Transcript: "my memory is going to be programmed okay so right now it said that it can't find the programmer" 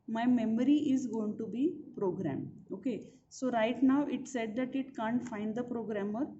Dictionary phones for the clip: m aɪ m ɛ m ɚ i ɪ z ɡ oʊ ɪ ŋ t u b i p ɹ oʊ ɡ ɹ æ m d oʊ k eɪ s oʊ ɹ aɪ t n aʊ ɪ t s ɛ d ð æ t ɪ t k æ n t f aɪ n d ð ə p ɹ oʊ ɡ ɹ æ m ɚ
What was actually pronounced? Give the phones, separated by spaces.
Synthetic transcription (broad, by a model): m aɪ m ɛ m ɚ i ɪ z ɡ oʊ ɪ ŋ t u b i p ɹ oʊ ɡ ɹ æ m oʊ k eɪ s oʊ ɹ aɪ t n aʊ ɪ t s ɛ d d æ t ɪ t k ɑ n t f aɪ n d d ə p ɹ oʊ ɡ ɹ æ m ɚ